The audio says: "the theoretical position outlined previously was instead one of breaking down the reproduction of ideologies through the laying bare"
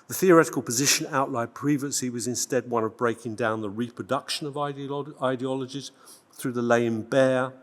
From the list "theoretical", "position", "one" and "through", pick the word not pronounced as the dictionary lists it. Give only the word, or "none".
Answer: none